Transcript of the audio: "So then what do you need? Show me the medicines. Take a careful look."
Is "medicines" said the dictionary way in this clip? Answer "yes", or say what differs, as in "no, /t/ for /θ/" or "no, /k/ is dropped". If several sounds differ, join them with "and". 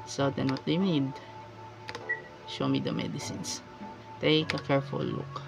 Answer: no, /s/ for /z/